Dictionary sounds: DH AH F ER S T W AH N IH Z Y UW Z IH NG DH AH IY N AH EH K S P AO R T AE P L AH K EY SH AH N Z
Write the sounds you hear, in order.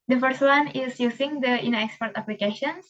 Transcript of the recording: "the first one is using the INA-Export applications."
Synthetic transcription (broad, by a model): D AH F ER S T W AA N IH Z Y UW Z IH NG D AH IY N AH EH K S P AO R T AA P L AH K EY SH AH N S